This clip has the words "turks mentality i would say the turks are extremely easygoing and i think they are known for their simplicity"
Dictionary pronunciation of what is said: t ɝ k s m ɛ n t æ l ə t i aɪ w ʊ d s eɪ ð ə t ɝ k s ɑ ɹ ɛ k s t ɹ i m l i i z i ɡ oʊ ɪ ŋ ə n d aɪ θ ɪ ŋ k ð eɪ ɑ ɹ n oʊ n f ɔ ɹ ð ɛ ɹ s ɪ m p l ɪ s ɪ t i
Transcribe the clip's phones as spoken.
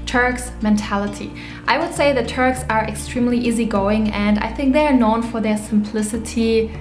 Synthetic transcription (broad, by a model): t ɝ k s m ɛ n t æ l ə t i aɪ w ʊ d s eɪ ð ə t ɝ k s ɑ ɹ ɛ k s t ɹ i m l i i z i ɡ oʊ ɪ ŋ ə n d aɪ θ ɪ ŋ k ð eɪ ɑ ɹ n oʊ n f ɔ ɹ ð ɛ ɹ s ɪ m p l ɪ s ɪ t i